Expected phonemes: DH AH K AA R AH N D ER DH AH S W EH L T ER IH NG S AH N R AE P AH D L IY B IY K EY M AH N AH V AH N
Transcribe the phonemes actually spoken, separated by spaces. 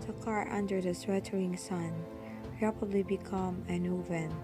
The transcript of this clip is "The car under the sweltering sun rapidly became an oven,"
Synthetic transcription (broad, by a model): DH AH K AA R AH N D ER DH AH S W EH T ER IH NG S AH N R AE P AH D L IY B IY K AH M AH N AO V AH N